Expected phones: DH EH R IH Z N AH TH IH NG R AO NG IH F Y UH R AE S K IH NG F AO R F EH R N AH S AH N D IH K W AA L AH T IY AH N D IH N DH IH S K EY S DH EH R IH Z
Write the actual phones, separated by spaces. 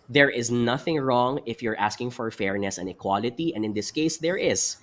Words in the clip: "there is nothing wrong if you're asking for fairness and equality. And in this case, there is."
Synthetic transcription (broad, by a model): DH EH R IH Z N AH TH IH NG R AO NG IH F Y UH R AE S K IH NG F AO R F EH R N AH S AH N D IH K W AA L AH T IY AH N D IH N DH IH S K EY S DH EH R IH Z